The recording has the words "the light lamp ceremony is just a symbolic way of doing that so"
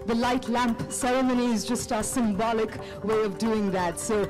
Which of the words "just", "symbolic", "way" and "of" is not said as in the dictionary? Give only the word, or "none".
none